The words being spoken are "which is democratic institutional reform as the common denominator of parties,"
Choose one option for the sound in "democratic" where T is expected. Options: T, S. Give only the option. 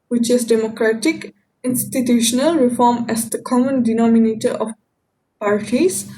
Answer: T